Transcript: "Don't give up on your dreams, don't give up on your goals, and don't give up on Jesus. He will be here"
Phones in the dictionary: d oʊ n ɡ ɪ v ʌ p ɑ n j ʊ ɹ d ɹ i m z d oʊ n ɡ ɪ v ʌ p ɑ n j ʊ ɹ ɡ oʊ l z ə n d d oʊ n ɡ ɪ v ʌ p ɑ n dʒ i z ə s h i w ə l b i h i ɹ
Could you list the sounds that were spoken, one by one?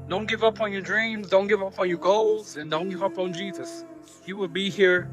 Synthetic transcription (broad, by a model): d oʊ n ɡ ɪ v ʌ p n j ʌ ɹ d ɹ i m z d oʊ n ɡ ɪ v ʌ p n j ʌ ɹ ɡ oʊ l z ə n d d oʊ n ɡ ɪ v ʌ p n dʒ i z ə s h i w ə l b i h i ɹ